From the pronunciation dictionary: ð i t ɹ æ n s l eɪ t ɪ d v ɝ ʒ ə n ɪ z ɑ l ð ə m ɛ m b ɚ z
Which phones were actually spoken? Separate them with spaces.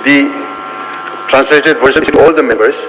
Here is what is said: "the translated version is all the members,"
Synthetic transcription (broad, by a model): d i t ɹ æ n s l eɪ t ɪ d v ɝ s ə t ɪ ɑ l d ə m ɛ m b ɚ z